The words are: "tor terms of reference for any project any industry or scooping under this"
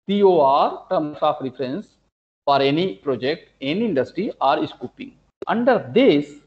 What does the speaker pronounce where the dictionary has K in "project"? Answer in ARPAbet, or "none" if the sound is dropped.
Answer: K